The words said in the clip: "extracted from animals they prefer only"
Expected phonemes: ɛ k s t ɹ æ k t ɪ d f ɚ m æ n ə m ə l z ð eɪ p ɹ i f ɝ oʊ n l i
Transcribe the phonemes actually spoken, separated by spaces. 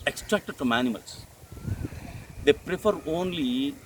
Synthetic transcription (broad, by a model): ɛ k s t ɹ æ k t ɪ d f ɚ m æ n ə m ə l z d eɪ p ɹ i f ɝ oʊ n l i